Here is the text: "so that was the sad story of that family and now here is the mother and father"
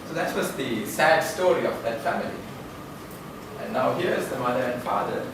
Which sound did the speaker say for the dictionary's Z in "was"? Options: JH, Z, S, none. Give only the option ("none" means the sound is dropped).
S